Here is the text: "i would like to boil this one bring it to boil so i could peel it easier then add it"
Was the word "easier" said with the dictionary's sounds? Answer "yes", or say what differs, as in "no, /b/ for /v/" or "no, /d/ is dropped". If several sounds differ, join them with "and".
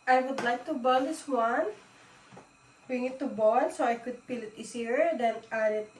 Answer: no, /s/ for /z/